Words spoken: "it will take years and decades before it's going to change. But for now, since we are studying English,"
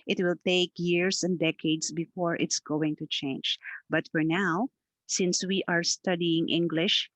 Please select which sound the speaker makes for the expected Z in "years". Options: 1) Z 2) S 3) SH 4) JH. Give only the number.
2